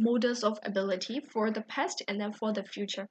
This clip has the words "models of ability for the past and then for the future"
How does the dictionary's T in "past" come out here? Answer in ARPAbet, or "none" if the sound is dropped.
T